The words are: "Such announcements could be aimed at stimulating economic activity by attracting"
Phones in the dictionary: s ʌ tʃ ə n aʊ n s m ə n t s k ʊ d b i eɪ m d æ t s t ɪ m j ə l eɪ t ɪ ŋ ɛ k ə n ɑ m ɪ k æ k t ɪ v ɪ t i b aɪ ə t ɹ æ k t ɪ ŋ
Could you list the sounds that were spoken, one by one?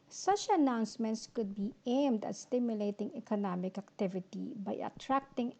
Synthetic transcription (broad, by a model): s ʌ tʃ ə n aʊ n s m ə n t s k ʊ d b i eɪ m d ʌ t s t ɪ m j ə l eɪ t ɪ ŋ ɛ k ə n ɑ m ɪ k æ k t ɪ v ɪ t i b aɪ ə t ɹ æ k t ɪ ŋ